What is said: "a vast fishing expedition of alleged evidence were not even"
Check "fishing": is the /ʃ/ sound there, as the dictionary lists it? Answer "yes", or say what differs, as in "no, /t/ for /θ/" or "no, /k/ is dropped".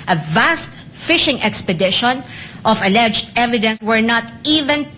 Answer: yes